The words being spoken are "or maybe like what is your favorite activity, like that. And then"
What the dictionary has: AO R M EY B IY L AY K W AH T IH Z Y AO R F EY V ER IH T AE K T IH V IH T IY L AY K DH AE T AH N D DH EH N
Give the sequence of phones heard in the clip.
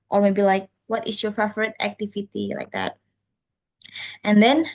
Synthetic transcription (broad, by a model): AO R M EY B IY L AY K W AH T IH S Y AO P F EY F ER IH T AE K T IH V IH T IY L AY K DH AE T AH N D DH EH N